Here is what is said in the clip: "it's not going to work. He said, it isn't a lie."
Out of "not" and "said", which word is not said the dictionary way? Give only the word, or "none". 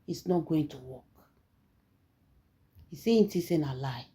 said